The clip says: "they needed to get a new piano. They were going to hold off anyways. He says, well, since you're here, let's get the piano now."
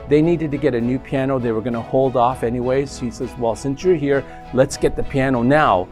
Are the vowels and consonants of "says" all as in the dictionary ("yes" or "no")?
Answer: yes